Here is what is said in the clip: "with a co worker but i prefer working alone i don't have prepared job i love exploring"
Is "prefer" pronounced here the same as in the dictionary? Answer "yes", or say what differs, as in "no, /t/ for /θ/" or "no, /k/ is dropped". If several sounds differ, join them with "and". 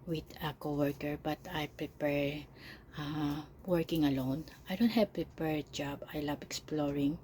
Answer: no, /p/ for /f/